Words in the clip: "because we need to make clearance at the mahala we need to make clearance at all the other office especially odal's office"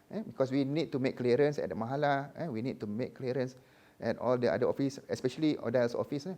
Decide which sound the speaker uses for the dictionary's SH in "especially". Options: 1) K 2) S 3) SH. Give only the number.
3